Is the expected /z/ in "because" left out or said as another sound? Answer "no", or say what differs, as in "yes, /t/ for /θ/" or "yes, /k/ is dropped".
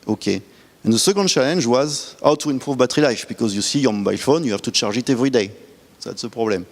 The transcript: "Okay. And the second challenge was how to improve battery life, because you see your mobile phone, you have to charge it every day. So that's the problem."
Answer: no